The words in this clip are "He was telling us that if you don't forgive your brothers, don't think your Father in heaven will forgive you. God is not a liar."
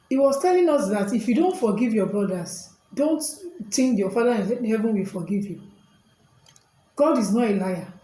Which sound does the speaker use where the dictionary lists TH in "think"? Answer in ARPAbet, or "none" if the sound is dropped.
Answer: T